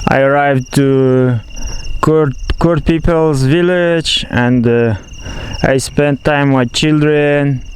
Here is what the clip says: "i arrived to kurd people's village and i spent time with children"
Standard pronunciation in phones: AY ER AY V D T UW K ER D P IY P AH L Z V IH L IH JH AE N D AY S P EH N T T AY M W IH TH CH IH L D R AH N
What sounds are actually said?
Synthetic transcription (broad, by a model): AY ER AY V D T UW K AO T P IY P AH L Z V IH L IH JH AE N D AY S P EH N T T AY M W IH CH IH L D R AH N